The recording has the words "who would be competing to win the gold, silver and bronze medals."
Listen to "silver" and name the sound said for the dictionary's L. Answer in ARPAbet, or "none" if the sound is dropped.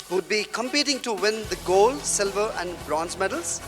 L